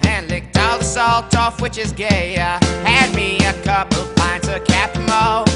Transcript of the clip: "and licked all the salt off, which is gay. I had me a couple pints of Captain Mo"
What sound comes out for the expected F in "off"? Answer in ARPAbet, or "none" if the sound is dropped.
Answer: F